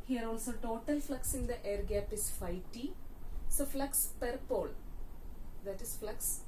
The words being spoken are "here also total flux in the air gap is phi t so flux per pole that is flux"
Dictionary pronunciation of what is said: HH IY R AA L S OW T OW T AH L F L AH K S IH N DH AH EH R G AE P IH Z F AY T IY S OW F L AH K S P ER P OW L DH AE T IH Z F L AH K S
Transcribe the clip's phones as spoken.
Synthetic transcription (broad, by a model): HH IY R AA L S OW T OW T AH L F L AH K S IH N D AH EH R G AE P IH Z F AY T IY S OW F L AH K S P ER P OW L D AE T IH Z F L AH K S